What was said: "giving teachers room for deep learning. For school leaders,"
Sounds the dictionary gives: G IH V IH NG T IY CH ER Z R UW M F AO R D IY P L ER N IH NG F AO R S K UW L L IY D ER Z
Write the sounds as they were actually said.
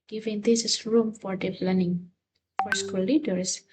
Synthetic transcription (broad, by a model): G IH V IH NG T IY S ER S R UW M F AO R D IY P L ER N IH NG F AO R S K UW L L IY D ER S